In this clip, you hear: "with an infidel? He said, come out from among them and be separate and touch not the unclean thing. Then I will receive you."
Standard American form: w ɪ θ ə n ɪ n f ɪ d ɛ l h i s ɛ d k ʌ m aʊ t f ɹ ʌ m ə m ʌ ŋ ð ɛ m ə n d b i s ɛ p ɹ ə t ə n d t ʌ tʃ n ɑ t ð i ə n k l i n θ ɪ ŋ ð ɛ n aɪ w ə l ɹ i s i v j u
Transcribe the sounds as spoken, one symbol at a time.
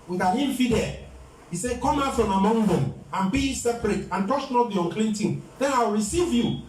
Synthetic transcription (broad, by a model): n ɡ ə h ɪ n f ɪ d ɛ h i s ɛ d k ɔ m aʊ t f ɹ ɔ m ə m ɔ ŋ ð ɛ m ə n b i s ɛ p ɹ ə t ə n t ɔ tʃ n ɑ t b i ə n k l i n t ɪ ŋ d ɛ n aɪ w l ɹ i s i v j u